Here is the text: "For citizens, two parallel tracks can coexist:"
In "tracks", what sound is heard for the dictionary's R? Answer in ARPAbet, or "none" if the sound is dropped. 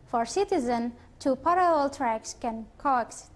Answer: R